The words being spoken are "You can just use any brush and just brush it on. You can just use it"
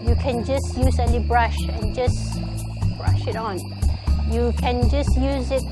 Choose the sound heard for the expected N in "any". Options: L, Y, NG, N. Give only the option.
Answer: L